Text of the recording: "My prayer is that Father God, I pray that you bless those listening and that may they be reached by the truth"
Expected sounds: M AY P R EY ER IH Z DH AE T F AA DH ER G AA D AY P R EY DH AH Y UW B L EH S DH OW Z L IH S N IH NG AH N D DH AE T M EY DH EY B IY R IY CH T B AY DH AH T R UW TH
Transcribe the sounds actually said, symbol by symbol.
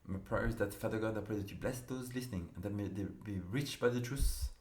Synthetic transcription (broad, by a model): M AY P R EY ER IH Z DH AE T F AA DH ER G AA D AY P R EY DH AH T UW B L EH S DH OW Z L IH S N IH NG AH N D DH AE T M EY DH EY B IY R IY CH B AY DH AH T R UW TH